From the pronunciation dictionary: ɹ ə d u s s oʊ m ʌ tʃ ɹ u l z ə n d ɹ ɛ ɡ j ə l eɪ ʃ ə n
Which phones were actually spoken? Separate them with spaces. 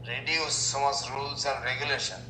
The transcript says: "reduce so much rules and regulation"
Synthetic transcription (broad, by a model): ɹ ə d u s s oʊ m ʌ s ɹ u l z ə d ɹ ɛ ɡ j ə l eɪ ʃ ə n